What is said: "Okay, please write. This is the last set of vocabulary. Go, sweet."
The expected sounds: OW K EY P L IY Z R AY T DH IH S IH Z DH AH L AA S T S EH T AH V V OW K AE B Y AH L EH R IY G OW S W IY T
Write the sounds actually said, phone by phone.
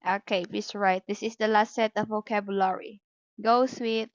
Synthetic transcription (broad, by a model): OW K EY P IY S R AY T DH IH S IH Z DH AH L AA S T S EH T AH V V OW K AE B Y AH L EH R IY G OW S W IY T